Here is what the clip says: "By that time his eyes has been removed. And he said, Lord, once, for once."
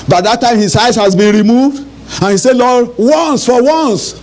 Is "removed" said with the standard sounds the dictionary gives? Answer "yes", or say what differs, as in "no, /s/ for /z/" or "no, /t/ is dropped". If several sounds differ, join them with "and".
yes